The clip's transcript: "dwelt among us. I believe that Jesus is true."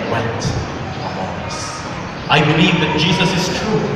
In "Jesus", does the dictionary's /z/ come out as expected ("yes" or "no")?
yes